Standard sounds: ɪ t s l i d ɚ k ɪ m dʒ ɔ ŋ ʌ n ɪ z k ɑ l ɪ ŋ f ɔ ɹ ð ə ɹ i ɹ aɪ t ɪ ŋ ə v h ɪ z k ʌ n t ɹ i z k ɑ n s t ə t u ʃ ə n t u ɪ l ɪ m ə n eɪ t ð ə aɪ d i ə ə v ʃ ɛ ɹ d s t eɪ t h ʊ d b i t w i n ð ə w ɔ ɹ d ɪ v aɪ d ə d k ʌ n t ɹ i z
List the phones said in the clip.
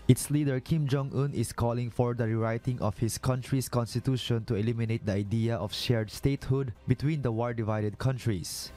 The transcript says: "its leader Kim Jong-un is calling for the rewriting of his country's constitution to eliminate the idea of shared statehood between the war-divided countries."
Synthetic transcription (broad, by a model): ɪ t s l i d ɚ k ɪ m dʒ ɔ ŋ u n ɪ s k ɑ l ɪ ŋ f ɔ ɹ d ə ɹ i ɹ aɪ t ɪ ŋ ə f h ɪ s k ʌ n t ɹ i s k ɑ n s t ə t u ʃ ə n t u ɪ l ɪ m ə n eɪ t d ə aɪ d i ə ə f ʃ ɛ ɹ d s t eɪ t h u d b i t w i n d ə w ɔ l d ɪ v aɪ d ə d k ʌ n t ɹ i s